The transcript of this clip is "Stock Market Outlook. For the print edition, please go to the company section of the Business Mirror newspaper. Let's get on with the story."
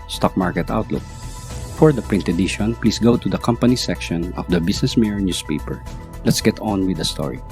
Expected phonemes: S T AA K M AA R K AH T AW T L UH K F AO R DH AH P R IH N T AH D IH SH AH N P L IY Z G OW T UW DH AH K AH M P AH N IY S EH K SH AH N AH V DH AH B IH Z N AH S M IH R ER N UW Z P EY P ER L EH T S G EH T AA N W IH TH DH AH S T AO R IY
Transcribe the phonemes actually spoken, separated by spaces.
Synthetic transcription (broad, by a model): S T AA K M AA R K AH T AW T L UH K F AO R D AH P R IH N T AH D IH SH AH N P L IY S G OW T UW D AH K AH M P AH N IY S EH K SH AH N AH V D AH B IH S N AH S M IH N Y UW S P EY P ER L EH T S G EH T AA N W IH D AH S T AO R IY